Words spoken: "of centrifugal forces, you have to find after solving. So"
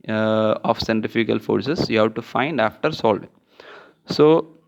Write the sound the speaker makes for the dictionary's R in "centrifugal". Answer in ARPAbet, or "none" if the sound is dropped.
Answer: none